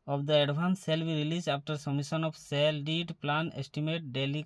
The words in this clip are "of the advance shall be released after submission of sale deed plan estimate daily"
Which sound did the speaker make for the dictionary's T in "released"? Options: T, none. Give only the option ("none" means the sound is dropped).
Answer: none